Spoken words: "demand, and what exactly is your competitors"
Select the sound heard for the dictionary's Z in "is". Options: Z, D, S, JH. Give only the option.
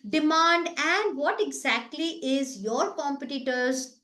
Z